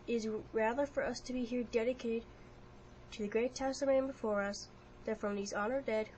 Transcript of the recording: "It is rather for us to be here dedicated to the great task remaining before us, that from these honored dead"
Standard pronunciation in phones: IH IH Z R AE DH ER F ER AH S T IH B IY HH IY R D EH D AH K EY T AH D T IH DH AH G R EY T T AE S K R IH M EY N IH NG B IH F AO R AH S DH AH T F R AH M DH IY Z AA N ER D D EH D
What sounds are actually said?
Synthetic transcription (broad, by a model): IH IH Z R AE DH ER F ER AH S T IH B IY HH IY R D EH D AH K EY T AH D T IH DH AH G R EY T T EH S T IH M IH B IH F AO R AH S DH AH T F R AH M DH IY Z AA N ER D D EH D